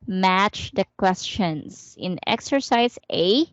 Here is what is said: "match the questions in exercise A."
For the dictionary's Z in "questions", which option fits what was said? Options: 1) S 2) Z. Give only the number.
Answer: 1